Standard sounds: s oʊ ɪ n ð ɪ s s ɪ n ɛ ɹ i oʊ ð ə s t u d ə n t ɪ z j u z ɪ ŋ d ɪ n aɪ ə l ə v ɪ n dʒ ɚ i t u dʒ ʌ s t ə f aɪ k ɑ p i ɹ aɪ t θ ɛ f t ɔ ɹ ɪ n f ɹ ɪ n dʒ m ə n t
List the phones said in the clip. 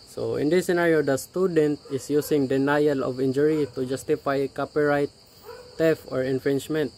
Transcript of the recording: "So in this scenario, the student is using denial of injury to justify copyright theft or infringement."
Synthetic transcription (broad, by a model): s oʊ ɪ n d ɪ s s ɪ n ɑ ɹ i oʊ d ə s t u d ə n t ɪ s j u s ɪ ŋ d ɪ n aɪ ə l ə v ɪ n dʒ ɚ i t u dʒ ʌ s t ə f aɪ k ɑ p i ɹ aɪ t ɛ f ɔ ɹ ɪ n f ɹ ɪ n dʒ m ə n t